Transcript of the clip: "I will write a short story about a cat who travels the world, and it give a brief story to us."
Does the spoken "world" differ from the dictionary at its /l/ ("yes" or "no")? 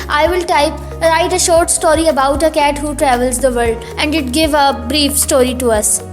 yes